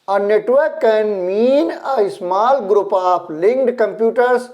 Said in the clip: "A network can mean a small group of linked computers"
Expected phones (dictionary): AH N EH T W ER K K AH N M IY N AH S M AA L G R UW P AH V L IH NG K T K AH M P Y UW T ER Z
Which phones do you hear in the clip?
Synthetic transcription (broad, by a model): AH N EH T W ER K K AH N M IY N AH S M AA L G R UW P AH P L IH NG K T K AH M P Y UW T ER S